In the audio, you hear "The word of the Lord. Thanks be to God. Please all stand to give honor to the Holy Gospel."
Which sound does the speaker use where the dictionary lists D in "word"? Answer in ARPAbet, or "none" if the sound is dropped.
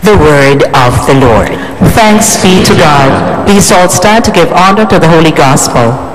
D